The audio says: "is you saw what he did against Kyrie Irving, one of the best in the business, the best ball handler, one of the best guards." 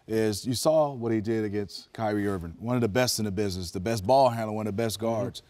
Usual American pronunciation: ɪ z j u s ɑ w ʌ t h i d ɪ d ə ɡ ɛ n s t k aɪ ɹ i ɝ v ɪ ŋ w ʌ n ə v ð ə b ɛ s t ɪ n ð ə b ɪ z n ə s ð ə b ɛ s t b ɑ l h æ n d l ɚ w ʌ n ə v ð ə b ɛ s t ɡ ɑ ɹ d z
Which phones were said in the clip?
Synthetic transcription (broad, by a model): ɪ z j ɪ s ɑ w ʌ t h i d ɪ d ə ɡ ɛ n s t k aɪ ɹ i ɝ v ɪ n w ʌ n ə v ð ə b ɛ s t ɪ n ð ə b ɪ z n ə s ð ə b ɛ s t b ɑ l h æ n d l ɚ w ʌ n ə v ð ə b ɛ s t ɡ ɑ ɹ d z